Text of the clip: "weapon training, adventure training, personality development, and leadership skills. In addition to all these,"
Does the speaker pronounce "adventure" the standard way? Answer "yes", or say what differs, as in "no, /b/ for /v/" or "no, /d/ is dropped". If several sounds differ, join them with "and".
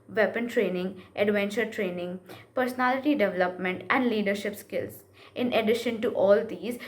yes